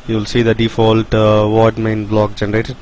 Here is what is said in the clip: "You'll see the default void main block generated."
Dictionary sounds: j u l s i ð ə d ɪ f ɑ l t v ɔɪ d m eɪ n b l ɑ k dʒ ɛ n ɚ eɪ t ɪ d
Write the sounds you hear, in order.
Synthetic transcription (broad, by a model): j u l s i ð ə d ɪ f ɑ l t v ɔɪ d m eɪ n b l ɑ k dʒ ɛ n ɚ eɪ t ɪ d